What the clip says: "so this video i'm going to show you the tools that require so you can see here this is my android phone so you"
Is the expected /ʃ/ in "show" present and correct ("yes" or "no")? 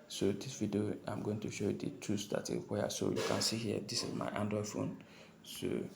yes